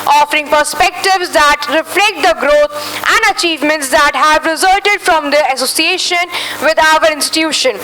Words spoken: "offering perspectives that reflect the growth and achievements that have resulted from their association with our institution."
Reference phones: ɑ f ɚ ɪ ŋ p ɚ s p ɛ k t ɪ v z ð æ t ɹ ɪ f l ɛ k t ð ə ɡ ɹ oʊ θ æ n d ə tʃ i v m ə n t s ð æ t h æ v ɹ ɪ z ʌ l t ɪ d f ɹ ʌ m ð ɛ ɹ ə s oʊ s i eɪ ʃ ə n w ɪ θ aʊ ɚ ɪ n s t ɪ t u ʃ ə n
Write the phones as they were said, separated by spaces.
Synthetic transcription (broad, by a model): ɑ f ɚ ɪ ŋ p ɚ s p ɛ k t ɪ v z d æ t ɹ ɪ f l ɛ k t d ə ɡ ɹ oʊ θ æ n d ə tʃ i v m ə n t s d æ t h æ v ɹ ɪ z ʌ l t ɪ d f ɹ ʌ m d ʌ ə s oʊ s i eɪ ʃ ə n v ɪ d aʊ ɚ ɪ n s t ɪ t u ʃ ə n